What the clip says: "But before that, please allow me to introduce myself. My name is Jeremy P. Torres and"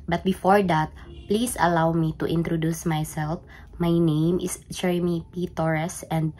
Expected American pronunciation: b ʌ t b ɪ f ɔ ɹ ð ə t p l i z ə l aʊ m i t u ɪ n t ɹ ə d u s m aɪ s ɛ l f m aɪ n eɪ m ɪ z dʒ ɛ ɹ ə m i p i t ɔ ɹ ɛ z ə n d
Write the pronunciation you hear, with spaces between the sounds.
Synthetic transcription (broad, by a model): b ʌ t b ɪ f ɔ ɹ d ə t p l i s ə l aʊ m i t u ɪ n t ɹ ə d u s m aɪ s ɛ l f m aɪ n eɪ m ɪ s dʒ ɛ ɹ ə m i p i t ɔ ɹ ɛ s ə n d